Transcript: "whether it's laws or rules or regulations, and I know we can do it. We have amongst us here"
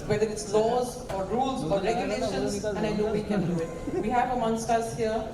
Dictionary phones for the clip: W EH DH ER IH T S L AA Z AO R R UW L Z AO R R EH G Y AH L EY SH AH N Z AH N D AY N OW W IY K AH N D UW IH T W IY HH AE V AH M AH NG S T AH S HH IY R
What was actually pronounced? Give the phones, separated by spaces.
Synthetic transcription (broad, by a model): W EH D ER IH T S L AA Z AO R R UW L Z AO R R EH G Y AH L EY SH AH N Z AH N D AY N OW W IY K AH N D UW IH T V IY HH AE V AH M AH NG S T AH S HH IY R